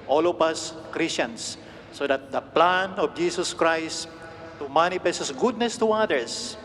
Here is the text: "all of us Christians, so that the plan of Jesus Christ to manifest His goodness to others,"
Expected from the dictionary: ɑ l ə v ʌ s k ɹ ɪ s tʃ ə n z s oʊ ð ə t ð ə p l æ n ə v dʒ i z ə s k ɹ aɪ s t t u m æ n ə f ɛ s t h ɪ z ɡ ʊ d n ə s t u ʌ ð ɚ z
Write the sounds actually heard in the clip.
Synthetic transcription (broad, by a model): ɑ l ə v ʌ s k ɹ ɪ s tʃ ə n s oʊ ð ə t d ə p l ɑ n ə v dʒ i s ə s k ɹ aɪ s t t u m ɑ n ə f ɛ s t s ɡ ʊ d n ə s t u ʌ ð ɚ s